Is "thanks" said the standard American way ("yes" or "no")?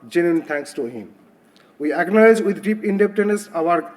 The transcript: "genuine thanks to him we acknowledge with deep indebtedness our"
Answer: no